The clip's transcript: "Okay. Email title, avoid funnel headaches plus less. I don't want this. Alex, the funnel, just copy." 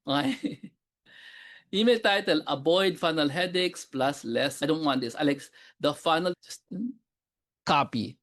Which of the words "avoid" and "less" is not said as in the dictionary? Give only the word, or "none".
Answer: avoid